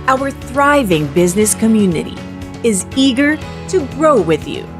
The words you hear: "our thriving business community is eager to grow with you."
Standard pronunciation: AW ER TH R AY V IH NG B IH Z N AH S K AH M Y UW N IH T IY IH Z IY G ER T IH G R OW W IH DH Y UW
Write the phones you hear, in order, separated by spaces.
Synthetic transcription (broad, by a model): AW ER TH R AY V IH NG B IH Z N AH S K AH M Y UW N IH T IY IH Z IY G ER T IH G R OW W IH DH Y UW